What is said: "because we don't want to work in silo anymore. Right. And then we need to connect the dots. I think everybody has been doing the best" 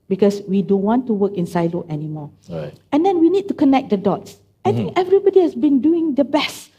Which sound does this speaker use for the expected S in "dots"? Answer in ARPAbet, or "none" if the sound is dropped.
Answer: S